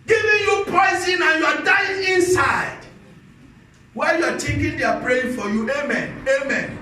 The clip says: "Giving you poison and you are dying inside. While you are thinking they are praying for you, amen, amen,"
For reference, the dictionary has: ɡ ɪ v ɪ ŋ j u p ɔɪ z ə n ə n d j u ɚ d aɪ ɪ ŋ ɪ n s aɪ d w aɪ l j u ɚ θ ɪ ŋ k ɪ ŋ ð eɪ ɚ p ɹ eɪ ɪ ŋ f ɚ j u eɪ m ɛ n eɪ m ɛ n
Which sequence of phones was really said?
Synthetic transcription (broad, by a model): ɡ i v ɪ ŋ j u p ɔɪ z ə n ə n j u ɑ d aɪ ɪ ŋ ɪ n s aɪ d w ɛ j u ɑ t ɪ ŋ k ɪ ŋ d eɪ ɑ p ɹ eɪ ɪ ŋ f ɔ j u eɪ m ɛ n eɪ m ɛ n